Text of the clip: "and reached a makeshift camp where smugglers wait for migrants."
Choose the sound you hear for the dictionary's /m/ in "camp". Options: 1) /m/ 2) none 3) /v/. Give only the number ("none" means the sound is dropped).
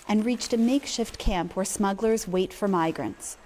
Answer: 1